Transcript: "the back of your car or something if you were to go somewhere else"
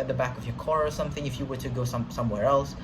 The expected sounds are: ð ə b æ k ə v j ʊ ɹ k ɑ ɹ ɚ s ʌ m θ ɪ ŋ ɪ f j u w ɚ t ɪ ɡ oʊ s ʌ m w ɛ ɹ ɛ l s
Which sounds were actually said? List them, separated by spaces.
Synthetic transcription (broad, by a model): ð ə b æ k ə v j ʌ ɹ k ɑ ɹ ɚ s ʌ m θ ɪ ŋ ɪ f j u w ɚ t ɪ ɡ oʊ s ʌ m w ɛ ɹ ɛ l s